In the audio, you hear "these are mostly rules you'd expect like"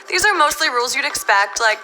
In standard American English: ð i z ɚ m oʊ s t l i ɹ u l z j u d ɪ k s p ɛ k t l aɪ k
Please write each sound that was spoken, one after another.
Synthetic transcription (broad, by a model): ð i z ɚ m oʊ s t l i ɹ u l z j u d ɪ k s p ɛ k t l aɪ k